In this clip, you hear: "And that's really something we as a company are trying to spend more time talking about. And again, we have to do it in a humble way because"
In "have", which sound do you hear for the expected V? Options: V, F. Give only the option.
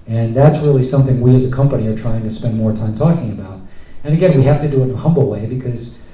F